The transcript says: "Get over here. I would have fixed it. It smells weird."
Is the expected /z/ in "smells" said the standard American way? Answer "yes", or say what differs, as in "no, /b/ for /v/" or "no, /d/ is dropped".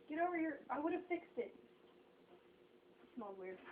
no, /z/ is dropped